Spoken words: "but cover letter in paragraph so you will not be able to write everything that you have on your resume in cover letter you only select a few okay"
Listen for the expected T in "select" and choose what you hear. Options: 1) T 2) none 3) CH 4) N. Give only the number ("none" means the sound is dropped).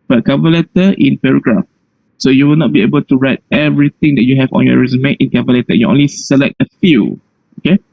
1